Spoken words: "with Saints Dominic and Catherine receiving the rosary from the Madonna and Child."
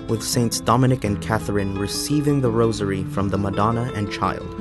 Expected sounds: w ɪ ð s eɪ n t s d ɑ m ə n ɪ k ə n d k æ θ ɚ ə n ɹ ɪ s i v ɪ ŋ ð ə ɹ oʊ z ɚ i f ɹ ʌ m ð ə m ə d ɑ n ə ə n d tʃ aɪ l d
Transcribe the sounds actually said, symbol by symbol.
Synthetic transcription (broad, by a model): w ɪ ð s eɪ n t s d ɑ m ə n ɪ k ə n k æ θ ɚ ə n ɹ ɪ s i v ɪ ŋ ð ə ɹ oʊ z ɚ i f ɹ ʌ m ð ə m ə d ɑ n ə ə n tʃ aɪ l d